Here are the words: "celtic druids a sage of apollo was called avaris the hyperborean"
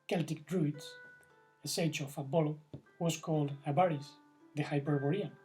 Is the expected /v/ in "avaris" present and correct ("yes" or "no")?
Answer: no